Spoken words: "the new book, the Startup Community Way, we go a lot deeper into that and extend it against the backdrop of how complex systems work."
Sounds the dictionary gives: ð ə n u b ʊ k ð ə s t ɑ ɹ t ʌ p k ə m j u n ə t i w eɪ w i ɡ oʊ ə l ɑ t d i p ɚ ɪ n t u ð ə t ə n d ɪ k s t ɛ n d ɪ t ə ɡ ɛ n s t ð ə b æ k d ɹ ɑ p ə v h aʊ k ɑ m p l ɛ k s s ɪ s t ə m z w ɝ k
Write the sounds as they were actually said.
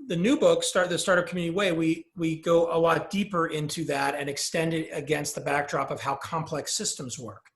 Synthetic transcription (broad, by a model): ð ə n u b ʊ k ð ə s t ɑ ɹ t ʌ k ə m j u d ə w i w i w i ɡ oʊ ə l ɑ t d i p ɚ ɪ n t u ð ə t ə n ɪ k s t ɛ n d ɪ t ə ɡ ɛ n s t ð ə b æ k d ɹ ɑ p ə v h aʊ k ɑ m p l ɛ k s s ɪ s t ə m z w ɝ k